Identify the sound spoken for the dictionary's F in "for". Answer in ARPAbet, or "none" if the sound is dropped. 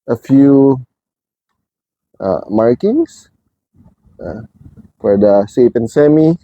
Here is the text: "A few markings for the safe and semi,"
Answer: F